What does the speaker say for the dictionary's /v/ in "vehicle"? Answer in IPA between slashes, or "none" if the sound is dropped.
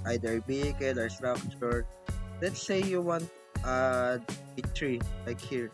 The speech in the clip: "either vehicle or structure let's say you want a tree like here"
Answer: /b/